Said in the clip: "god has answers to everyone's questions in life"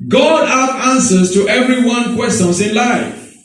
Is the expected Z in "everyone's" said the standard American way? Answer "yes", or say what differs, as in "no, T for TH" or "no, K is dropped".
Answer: no, Z is dropped